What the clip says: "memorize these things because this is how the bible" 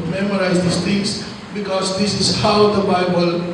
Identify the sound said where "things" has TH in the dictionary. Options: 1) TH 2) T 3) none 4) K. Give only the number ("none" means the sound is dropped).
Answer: 2